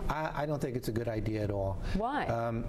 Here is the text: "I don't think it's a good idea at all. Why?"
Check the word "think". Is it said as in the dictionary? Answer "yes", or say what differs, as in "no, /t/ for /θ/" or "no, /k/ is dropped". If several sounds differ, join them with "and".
yes